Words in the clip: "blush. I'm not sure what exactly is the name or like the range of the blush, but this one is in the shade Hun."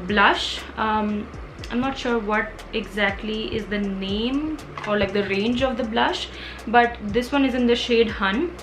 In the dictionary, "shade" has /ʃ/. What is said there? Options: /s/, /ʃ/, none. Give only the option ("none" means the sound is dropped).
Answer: /ʃ/